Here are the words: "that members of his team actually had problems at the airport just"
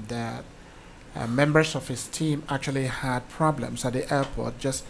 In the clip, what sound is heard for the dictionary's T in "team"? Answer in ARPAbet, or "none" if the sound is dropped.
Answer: T